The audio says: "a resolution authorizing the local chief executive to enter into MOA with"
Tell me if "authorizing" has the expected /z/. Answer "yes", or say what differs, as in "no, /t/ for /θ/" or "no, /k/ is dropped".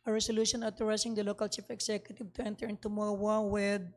no, /s/ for /z/